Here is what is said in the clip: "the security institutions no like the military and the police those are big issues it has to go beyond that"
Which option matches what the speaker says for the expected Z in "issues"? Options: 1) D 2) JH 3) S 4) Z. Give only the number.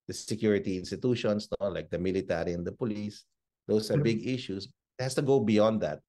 3